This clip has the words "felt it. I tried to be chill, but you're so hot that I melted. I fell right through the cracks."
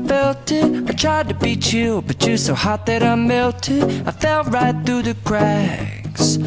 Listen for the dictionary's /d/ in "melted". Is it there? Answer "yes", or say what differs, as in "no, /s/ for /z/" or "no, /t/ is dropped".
no, /d/ is dropped